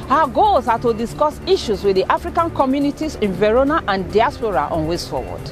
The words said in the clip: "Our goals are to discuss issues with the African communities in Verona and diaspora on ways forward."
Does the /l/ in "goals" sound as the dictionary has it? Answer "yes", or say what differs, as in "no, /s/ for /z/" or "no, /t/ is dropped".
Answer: no, /l/ is dropped